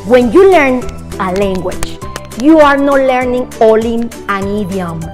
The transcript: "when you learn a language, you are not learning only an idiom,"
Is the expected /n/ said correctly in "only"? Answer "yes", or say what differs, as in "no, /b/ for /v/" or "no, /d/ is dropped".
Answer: no, /n/ is dropped